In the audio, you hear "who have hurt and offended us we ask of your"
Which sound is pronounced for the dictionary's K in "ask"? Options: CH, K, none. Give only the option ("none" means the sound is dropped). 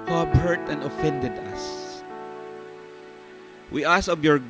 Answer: none